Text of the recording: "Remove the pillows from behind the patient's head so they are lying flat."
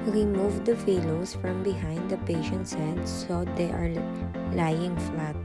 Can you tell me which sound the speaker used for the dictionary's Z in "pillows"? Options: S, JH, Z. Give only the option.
S